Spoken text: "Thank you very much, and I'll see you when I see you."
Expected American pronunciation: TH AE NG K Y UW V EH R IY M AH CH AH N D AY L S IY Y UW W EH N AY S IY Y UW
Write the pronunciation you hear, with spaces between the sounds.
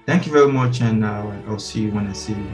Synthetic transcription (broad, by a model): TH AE NG K Y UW V EH R IY M AH CH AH N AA AY L S IY Y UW W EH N AY S IY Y